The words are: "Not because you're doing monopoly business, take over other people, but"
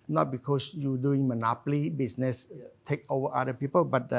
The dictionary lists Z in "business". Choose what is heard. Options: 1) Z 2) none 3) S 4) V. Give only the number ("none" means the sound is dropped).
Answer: 3